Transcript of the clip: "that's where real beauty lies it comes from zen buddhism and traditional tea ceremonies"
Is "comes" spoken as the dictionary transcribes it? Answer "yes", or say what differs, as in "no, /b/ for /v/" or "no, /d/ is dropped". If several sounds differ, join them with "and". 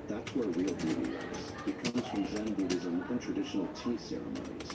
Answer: no, /m/ is dropped